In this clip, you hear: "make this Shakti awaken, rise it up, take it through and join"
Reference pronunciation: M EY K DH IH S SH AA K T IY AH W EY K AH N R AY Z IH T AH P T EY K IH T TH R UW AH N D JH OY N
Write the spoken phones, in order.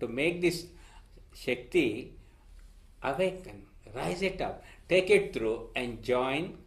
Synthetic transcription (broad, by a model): M EY K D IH S SH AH K T IY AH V EY K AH N R AY Z IH T AH P T EY K IH T T R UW AH N D JH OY N